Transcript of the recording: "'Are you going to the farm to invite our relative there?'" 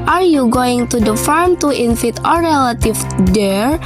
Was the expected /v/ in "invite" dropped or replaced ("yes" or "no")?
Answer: yes